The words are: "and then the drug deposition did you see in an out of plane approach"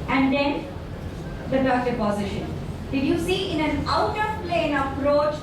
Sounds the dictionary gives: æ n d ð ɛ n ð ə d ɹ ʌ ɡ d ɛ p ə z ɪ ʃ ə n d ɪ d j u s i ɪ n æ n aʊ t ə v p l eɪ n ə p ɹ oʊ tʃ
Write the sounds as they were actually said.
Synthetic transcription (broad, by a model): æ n d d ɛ n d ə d ʌ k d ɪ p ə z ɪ ʃ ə n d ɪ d j u s i ɪ n æ n aʊ t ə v p l eɪ n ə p ɹ oʊ tʃ